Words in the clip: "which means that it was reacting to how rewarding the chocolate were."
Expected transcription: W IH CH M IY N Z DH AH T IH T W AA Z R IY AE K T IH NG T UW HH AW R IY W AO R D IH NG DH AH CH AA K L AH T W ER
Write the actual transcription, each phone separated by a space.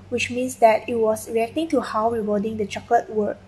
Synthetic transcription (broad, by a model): W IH CH M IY N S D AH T IH T W AA S R IY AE K T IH NG T UW HH AW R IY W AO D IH NG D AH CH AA K AH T W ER